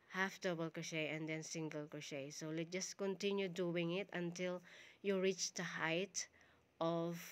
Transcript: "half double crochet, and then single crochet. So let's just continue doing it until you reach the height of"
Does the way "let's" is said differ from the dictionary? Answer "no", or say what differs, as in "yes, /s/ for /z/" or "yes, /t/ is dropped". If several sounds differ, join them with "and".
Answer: yes, /s/ is dropped